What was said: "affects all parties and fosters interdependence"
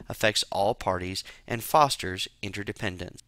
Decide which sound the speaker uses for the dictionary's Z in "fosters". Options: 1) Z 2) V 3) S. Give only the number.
1